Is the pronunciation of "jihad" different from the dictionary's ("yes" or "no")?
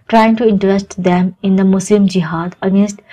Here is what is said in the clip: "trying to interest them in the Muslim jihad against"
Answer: no